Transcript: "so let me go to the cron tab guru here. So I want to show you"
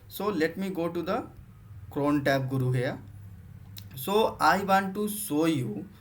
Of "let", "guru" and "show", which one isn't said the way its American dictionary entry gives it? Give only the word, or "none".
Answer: show